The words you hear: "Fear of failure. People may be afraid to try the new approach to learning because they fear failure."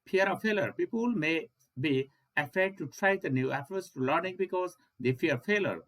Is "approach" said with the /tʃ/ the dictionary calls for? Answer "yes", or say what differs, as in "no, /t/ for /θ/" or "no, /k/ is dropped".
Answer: no, /s/ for /tʃ/